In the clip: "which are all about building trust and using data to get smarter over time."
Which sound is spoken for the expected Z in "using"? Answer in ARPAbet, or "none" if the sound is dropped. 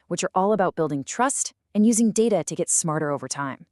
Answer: Z